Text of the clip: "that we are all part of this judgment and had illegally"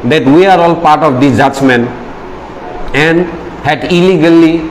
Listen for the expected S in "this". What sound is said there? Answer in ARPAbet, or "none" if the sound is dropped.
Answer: none